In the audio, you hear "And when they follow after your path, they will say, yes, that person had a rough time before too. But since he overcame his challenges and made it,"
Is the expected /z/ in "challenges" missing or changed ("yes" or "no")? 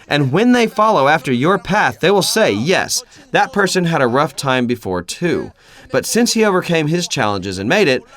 no